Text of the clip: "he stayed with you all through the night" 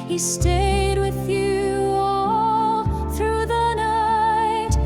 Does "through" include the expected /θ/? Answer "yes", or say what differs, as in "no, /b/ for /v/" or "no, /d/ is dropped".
yes